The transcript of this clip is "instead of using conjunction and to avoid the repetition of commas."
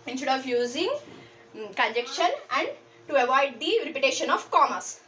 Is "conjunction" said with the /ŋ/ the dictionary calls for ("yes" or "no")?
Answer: no